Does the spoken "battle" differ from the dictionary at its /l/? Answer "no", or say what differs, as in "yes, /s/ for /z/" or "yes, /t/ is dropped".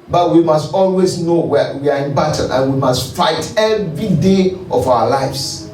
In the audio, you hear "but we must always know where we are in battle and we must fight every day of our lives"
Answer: yes, /n/ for /l/